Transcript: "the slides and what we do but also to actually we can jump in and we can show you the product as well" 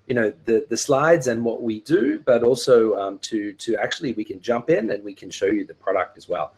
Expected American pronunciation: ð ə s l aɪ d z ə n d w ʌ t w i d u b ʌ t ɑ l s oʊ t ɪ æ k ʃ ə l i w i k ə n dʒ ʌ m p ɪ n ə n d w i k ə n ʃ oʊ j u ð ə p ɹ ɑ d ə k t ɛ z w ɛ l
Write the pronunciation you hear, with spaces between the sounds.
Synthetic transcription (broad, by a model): ð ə s l aɪ d z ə n w ʌ t w i d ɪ b ʌ t ɑ l s oʊ t ɪ æ k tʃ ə l i w i k ə n dʒ ʌ m p ɪ n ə n w i k ə n ʃ oʊ j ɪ ð ə p ɹ ɑ d ə k t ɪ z w ɛ l